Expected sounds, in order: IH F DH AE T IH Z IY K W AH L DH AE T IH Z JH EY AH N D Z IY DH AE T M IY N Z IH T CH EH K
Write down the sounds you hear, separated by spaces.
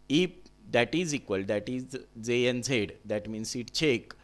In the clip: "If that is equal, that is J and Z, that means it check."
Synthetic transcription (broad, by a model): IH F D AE T IH Z IY K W AH L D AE T IH Z Z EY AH N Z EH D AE T M IY N S IH T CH EH K